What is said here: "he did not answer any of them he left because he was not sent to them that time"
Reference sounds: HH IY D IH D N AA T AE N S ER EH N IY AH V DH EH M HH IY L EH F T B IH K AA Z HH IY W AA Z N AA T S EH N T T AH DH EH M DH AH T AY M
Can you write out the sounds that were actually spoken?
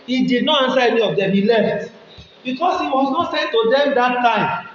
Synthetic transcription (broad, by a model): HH IY D IH D N AA T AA N S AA EH N IY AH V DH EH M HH IY L EH F T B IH K AA S HH IY W AA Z N AA T S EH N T T AH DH EH M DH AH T AY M